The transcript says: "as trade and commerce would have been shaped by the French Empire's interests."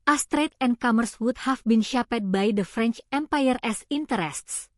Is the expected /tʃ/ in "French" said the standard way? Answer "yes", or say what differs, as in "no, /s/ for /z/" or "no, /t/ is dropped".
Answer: yes